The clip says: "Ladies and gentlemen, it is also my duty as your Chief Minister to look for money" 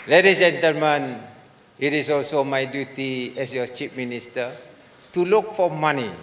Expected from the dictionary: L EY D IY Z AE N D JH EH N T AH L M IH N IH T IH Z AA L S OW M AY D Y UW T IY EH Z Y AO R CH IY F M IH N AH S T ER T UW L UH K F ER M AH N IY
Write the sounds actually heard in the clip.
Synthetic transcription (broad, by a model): L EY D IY JH EH N T AH L M IH N IH T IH S AA L S OW M AY D Y UW T IY EH S Y AO CH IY P M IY N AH S T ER T UW L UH K F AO M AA N IY